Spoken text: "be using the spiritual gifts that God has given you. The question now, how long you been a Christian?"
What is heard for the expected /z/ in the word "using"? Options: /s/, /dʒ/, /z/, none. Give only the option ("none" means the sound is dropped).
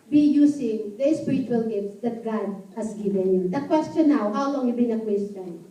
/s/